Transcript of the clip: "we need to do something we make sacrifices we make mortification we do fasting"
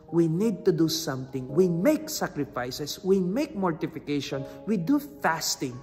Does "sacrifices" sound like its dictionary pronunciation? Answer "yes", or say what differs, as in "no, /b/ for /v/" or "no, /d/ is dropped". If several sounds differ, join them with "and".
no, /s/ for /z/